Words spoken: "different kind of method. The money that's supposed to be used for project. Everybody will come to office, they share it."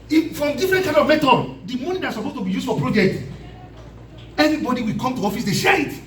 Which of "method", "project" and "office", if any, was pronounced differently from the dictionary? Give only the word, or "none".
method